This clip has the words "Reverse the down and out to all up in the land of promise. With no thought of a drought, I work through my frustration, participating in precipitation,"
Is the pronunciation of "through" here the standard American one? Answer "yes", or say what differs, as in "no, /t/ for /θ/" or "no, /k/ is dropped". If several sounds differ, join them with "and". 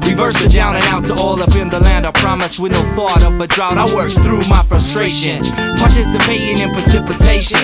yes